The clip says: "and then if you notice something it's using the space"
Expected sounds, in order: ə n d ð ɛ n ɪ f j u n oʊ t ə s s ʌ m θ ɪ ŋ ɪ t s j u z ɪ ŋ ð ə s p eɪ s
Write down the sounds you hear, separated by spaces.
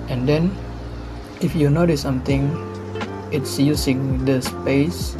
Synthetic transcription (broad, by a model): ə n d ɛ n ɪ f j u n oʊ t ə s s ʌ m t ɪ ŋ ɪ t s j u s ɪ ŋ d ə s p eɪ s